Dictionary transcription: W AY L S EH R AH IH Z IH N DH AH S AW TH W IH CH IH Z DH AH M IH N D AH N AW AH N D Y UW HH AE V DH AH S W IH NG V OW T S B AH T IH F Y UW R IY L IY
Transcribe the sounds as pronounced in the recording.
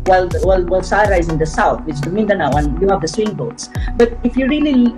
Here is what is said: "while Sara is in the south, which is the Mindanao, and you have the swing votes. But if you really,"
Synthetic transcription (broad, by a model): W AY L S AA R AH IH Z IH N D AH S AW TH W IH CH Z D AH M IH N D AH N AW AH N Y UW HH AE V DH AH S W IH NG B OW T S B AH T IH F Y UW R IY L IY